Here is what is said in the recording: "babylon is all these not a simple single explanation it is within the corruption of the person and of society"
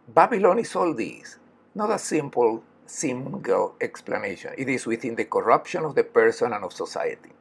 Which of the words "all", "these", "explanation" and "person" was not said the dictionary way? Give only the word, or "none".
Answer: these